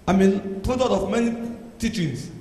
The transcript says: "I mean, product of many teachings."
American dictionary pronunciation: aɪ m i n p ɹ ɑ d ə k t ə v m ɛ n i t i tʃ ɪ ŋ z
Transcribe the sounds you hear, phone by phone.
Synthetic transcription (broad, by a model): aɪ m i n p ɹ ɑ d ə t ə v m ɛ n i t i tʃ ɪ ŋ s